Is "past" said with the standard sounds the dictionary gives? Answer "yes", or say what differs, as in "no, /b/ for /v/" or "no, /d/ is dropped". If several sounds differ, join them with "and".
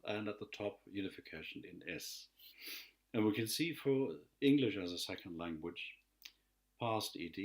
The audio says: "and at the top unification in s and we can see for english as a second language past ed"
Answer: yes